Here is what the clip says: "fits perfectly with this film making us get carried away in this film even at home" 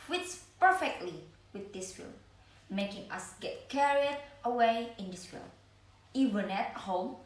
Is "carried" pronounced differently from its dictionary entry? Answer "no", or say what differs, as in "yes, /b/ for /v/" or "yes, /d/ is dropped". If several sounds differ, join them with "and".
no